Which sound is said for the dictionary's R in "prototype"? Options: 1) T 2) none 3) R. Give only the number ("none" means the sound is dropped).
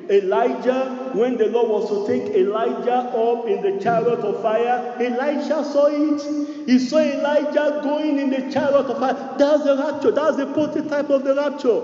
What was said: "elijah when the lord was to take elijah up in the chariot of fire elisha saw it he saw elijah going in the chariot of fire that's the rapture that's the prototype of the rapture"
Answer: 2